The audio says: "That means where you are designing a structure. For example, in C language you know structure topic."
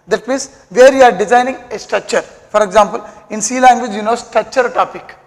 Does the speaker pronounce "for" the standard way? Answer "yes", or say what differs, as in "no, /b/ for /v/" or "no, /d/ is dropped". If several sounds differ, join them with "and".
yes